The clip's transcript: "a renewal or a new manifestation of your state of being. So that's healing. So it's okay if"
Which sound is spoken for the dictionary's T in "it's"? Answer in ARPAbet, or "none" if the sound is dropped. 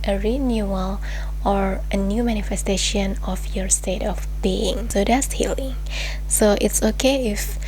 T